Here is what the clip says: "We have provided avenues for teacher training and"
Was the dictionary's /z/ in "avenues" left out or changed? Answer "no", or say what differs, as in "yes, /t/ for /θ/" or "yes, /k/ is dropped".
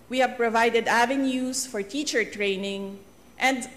yes, /s/ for /z/